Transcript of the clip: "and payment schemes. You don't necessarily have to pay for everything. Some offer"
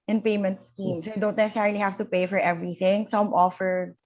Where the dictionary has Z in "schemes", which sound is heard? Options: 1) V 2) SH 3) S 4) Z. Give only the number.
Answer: 3